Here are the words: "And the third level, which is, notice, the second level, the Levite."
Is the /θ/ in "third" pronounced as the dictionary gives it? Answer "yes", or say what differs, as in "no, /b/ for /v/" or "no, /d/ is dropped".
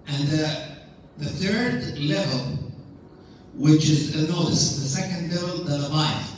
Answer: yes